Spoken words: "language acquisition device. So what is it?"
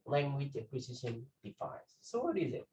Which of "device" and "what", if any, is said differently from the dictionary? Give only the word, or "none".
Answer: device